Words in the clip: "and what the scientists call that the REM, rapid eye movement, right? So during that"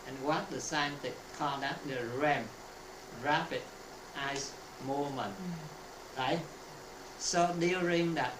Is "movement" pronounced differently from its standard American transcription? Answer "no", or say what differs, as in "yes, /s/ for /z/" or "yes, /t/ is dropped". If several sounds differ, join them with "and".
yes, /v/ is dropped